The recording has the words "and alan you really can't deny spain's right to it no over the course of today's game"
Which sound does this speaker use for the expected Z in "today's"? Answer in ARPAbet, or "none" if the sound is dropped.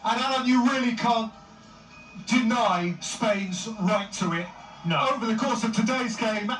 Z